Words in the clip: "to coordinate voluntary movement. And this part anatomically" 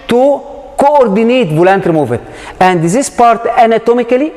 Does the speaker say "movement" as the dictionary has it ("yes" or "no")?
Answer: no